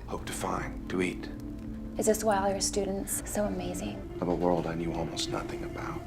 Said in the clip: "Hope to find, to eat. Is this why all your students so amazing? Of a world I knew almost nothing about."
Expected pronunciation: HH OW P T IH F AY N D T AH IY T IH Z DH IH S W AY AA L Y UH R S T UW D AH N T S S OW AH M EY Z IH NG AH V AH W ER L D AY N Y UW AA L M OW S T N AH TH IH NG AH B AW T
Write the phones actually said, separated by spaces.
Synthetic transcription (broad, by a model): HH OW P T IH F AY N T AH IY T IH Z DH IH S W AY L Y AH R S T UW D N T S S OW AH M EY Z IH NG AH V AH W ER L D AY N Y UW AA L M OW S T N AH TH IH NG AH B AW T